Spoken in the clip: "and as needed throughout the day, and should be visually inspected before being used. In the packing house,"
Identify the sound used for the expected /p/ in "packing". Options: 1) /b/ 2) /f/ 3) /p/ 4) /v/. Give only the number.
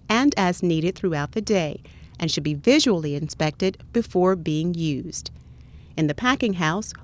3